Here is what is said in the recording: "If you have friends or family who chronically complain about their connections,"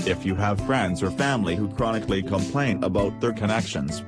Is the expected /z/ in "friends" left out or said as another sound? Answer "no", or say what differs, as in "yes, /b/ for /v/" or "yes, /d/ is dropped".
no